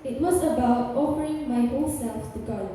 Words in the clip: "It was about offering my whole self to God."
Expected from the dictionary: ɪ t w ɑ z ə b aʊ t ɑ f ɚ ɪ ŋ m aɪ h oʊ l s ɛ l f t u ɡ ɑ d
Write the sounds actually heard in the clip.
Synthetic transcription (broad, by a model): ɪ t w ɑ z ə b aʊ t ɑ f ɚ ɪ ŋ m aɪ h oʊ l s ɛ l f t u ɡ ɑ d